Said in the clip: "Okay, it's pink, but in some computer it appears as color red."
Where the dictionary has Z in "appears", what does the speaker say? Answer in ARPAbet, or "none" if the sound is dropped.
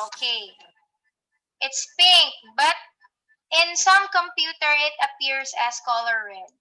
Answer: S